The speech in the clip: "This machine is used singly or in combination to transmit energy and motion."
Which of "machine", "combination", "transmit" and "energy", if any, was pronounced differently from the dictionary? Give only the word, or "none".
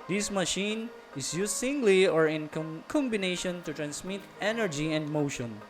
transmit